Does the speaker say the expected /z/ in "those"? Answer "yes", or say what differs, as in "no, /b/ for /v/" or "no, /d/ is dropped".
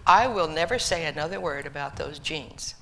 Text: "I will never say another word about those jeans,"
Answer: yes